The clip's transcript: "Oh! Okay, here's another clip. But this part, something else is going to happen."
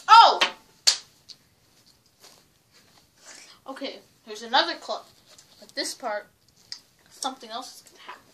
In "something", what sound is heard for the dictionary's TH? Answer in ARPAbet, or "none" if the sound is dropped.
TH